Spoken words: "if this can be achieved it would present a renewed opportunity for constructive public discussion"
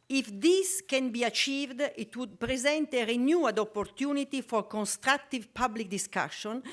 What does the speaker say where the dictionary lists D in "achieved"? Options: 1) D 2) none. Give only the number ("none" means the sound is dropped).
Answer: 1